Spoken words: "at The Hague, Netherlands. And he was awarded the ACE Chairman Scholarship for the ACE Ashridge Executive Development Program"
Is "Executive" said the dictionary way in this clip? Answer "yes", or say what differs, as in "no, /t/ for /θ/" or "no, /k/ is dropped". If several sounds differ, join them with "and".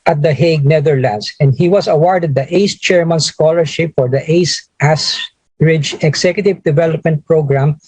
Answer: no, /s/ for /z/